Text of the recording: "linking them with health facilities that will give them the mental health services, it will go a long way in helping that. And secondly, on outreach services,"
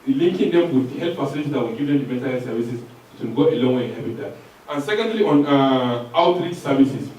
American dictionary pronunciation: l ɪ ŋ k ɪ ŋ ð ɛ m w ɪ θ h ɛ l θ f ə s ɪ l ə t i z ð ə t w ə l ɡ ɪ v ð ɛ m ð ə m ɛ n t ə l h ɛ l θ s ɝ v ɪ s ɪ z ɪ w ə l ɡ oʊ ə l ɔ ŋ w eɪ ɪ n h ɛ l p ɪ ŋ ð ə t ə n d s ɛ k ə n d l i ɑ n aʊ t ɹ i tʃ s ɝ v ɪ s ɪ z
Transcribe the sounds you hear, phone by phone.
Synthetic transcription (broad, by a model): l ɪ ŋ k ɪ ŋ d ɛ m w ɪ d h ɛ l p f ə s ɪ n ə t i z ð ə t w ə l ɡ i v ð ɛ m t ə m ɛ n t ə l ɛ s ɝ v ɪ s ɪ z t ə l ɡ oʊ ə l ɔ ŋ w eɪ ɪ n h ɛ p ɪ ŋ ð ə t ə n s ɛ k ə n d l i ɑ n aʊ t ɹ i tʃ s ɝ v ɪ s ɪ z